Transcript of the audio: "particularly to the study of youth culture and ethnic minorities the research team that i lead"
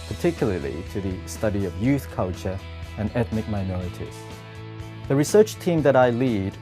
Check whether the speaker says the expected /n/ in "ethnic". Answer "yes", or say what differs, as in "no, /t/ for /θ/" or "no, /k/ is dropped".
yes